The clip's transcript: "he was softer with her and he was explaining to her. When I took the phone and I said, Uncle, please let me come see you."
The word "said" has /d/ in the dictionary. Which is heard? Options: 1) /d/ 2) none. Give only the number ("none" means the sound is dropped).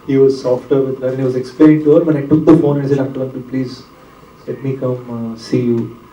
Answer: 2